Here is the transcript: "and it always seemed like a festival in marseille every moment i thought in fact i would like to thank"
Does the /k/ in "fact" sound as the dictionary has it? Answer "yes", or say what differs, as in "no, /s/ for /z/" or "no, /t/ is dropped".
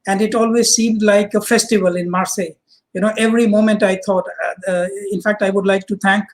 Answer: yes